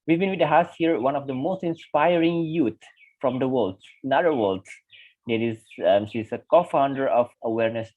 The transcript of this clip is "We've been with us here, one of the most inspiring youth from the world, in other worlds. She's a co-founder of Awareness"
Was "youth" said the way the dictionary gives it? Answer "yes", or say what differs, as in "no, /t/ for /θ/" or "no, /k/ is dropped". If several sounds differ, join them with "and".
no, /t/ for /θ/